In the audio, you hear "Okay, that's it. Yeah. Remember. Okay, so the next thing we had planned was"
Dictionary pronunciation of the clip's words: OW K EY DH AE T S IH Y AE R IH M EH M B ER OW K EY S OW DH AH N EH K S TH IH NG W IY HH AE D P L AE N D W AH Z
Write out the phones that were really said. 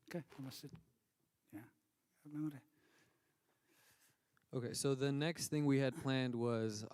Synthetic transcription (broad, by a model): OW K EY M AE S IH Y AE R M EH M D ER OW K EY S OW DH AH N EH K S TH IH NG W IY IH D P L AE N D W AH Z